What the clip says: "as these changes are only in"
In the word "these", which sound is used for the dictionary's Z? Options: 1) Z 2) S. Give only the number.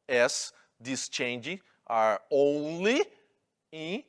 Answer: 2